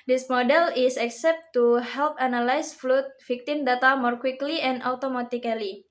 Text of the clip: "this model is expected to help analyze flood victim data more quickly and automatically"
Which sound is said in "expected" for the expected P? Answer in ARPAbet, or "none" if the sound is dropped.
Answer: none